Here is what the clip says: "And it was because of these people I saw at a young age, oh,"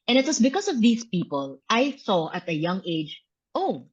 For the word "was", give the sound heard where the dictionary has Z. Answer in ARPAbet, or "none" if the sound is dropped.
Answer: S